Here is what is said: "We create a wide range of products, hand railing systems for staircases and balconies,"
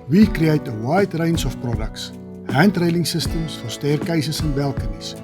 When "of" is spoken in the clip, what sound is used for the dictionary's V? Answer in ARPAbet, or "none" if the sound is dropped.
F